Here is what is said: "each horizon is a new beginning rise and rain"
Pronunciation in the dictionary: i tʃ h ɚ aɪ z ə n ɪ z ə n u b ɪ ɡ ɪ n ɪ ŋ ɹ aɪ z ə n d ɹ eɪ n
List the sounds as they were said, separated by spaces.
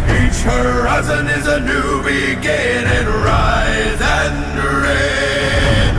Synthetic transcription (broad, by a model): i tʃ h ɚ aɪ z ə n ɪ z ə n u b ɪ ɡ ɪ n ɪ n ɹ aɪ z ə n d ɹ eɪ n